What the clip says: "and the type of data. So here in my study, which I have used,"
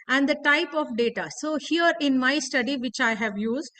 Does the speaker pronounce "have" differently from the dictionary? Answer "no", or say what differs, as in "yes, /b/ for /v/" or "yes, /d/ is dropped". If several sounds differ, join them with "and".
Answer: no